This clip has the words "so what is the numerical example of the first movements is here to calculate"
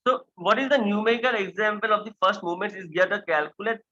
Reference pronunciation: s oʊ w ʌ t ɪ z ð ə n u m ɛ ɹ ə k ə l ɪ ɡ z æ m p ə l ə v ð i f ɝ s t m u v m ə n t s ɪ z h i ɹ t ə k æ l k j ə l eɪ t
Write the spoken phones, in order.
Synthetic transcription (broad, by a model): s oʊ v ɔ t ɪ z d ə n u m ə k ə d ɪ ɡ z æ m p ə l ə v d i f ɝ s t m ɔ m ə n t ɪ z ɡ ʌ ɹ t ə k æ l k j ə l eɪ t